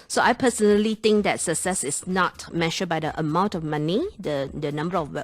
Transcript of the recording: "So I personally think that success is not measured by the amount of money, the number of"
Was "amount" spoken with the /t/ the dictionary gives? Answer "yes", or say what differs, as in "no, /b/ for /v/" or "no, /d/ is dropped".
yes